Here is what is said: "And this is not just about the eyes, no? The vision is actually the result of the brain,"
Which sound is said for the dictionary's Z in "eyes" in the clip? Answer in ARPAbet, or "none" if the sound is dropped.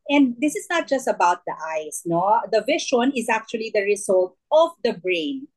S